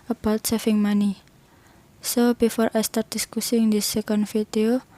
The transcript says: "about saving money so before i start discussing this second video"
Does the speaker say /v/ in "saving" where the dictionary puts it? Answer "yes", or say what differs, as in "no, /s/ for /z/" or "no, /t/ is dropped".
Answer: no, /f/ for /v/